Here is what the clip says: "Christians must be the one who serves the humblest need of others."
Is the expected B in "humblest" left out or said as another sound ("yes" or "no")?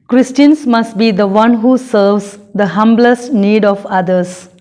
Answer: no